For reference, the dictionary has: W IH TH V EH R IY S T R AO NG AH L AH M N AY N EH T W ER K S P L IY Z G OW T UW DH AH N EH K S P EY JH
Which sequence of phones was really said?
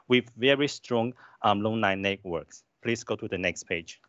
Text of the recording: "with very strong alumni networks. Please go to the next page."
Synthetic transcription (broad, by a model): W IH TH V EH R IY S T R AO NG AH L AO N AY N EH T W ER K S P L IY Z G OW T UW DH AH N EH K S P EY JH